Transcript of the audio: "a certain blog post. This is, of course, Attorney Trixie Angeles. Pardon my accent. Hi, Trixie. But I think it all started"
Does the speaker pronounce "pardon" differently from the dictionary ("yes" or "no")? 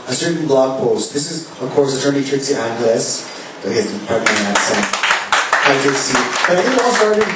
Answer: yes